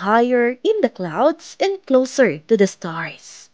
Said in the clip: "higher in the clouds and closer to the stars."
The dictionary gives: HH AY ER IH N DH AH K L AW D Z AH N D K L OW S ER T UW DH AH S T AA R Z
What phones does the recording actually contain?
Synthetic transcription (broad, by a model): HH AY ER IH N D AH K L AW D S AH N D K L OW S ER T UW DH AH S T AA R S